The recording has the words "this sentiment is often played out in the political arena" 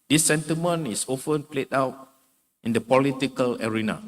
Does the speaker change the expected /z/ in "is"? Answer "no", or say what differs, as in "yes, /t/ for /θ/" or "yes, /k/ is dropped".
yes, /s/ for /z/